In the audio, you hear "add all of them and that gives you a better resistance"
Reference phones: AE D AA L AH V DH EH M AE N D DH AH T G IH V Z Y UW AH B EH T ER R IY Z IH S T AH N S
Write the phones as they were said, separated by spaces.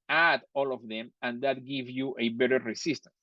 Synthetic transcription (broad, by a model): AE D AA L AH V DH EH M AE N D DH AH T G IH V Y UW AH B EH T ER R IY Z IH S T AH N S